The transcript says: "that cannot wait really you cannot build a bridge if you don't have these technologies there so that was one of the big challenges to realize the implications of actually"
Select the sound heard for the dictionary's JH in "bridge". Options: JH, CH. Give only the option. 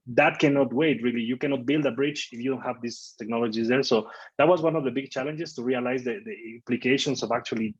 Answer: CH